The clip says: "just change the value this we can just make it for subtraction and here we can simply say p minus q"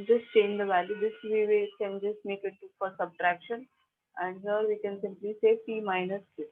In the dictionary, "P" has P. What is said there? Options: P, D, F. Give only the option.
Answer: F